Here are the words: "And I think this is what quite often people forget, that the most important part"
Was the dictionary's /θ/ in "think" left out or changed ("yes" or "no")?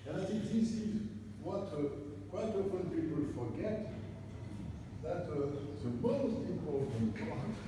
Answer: yes